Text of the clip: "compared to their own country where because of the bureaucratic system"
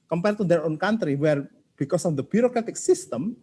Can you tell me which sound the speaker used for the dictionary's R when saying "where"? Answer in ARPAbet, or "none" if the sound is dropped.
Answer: R